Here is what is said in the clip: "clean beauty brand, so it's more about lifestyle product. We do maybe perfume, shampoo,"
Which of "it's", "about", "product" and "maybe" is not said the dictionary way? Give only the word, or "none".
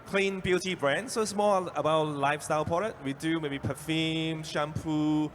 product